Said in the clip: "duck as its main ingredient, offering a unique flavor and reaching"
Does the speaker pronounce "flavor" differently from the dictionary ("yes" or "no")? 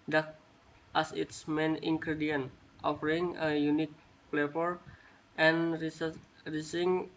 yes